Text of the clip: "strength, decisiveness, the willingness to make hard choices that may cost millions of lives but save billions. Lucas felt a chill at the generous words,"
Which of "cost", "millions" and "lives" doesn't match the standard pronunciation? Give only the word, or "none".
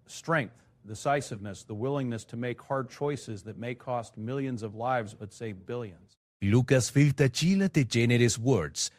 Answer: none